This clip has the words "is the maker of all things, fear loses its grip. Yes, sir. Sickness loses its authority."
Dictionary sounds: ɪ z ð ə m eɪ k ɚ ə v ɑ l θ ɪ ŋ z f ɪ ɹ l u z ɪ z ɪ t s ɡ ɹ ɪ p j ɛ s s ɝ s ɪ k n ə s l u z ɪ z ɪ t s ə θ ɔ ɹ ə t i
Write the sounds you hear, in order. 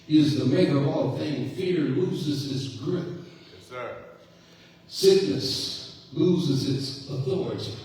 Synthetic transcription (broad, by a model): ɪ z ð ə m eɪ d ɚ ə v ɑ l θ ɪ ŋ f ɪ ɹ l u z ɪ z ɪ t s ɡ ɹ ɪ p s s s ɪ k n ə s l u z ɪ z ɪ t s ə θ ɔ ɹ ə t i